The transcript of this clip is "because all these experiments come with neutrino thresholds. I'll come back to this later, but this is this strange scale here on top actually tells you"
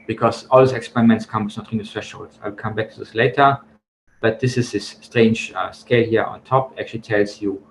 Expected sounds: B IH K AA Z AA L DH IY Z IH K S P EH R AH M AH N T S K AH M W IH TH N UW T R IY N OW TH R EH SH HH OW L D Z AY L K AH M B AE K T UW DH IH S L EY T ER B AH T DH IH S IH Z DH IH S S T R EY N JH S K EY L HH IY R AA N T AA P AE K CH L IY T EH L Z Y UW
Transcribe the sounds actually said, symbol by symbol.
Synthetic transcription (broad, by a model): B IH K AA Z AA L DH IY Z IH K S P EH R AH M AH N T S K AH M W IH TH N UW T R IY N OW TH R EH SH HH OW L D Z AY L K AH M B AE K T UW DH IH S L EY T ER B AH T DH IH S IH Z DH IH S S T R EY N JH S K EY L HH IY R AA N T AA P AE K CH L IY T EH L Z Y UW